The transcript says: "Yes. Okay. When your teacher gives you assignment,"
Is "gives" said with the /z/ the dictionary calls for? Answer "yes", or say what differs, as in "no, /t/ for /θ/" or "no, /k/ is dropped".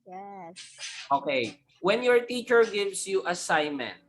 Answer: no, /s/ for /z/